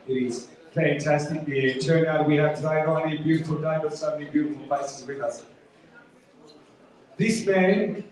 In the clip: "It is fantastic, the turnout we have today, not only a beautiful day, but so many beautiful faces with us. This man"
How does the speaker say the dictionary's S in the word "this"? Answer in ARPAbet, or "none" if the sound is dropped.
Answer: S